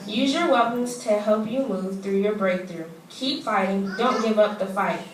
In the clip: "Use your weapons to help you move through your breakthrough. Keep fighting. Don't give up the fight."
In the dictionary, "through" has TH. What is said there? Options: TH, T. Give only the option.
TH